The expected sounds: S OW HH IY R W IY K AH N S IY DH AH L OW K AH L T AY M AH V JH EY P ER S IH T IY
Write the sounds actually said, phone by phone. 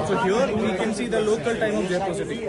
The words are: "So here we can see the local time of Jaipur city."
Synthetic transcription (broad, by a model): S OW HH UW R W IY K AH N S IY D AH L OW K AH L T AY M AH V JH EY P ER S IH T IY